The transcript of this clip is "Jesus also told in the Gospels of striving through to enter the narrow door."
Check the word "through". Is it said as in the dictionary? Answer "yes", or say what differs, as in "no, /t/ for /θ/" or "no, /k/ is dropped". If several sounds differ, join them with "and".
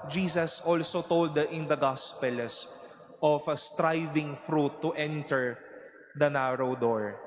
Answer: no, /f/ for /θ/